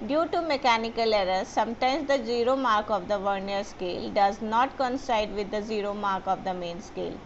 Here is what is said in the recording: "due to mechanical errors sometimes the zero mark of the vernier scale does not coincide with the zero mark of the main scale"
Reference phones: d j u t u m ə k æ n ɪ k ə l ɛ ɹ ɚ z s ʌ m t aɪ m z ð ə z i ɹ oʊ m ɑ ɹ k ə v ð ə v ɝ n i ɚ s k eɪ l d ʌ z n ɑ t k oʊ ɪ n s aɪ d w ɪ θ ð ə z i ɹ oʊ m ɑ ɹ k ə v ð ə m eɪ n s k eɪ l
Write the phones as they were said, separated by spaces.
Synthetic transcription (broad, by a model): d j u t u m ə k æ n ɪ k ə l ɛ ɹ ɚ s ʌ m t aɪ m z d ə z i ɹ oʊ m ɑ ɹ k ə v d ə v ɝ n i ɚ s k eɪ l d ʌ z n ɑ t k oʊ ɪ n s aɪ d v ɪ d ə z i ɹ oʊ m ɑ ɹ k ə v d ə m eɪ n s k eɪ l